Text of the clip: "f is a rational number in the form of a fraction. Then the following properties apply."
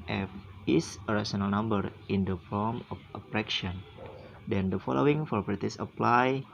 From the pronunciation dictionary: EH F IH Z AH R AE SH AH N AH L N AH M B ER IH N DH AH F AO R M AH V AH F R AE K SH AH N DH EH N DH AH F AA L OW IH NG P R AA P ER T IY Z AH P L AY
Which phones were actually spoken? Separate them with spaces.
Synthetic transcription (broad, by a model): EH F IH S AH R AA S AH N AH L N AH M B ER IH N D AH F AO M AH F AH P R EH K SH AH N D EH N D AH F AA L OW IH NG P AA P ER T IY S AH P L AY